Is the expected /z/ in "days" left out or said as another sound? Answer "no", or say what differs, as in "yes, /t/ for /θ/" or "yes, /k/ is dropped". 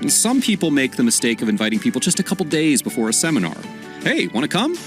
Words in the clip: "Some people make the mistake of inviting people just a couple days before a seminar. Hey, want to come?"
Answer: no